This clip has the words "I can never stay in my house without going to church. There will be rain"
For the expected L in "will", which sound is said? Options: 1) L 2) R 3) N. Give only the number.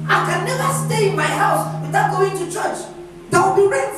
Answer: 3